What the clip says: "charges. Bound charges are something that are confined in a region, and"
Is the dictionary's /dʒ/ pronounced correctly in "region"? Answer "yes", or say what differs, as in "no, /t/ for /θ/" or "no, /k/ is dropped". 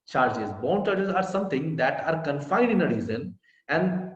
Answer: no, /z/ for /dʒ/